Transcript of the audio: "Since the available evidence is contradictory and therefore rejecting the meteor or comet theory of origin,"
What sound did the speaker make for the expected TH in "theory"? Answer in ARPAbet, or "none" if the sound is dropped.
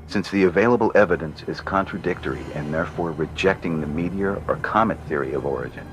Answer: TH